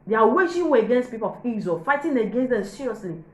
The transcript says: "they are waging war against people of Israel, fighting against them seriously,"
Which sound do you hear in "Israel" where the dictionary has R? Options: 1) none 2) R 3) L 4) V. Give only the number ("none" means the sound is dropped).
1